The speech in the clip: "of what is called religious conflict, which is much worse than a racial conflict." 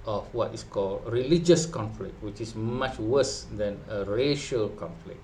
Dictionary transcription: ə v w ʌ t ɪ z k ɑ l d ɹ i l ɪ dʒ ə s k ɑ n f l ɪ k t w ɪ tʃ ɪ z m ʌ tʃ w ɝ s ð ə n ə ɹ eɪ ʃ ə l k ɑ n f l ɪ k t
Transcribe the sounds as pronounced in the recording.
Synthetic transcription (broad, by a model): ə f w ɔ t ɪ s k ɑ l d ɹ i l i dʒ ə s k ɑ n f l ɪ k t w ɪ tʃ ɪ s m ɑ tʃ w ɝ s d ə n ə ɹ eɪ ʃ ə l k ɑ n f l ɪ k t